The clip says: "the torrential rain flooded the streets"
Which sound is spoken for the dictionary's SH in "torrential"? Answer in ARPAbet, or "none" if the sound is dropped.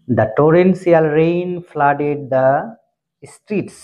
S